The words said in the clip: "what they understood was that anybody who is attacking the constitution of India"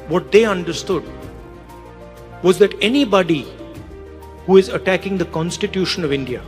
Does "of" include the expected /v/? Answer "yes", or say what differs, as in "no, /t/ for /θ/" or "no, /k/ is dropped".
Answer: yes